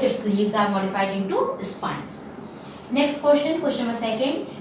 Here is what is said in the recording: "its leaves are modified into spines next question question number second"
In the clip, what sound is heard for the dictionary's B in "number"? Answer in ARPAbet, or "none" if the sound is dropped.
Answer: none